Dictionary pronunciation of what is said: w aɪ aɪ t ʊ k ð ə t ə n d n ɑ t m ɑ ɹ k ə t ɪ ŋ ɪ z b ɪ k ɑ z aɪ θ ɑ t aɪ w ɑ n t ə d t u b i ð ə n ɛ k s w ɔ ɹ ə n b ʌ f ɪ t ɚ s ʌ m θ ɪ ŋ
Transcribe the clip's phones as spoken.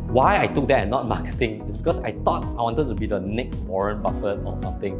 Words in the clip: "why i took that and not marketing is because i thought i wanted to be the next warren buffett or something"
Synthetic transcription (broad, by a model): w aɪ aɪ t ʊ k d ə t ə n n ɑ t m ɑ k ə t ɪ ŋ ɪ s b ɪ k ɑ s aɪ t ɑ t aɪ w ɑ n t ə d t u b i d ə n ɛ k s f ɔ ɹ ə n b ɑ f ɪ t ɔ s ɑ m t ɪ ŋ